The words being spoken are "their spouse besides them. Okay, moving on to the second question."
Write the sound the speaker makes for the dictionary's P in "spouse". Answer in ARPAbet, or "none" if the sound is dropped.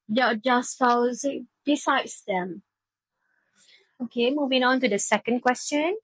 F